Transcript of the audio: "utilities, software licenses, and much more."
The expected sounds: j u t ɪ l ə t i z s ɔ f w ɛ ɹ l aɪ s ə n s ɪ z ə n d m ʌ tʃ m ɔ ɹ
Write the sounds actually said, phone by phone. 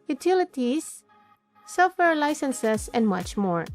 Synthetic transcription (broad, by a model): j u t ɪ l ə t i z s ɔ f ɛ ɹ l aɪ s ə n s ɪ s ə n d m ʌ tʃ m ɔ ɹ